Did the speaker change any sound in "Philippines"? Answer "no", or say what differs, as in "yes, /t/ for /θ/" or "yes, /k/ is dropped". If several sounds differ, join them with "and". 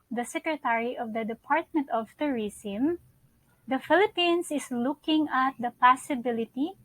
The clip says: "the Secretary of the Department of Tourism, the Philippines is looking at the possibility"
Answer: yes, /s/ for /z/